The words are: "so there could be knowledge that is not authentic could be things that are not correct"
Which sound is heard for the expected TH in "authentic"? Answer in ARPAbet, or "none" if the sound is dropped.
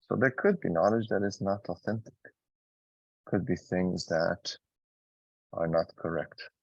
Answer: TH